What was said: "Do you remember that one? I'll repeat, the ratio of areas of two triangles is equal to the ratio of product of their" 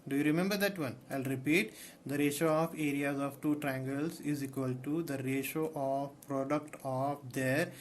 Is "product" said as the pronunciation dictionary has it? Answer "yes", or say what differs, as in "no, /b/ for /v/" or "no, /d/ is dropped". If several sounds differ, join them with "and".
yes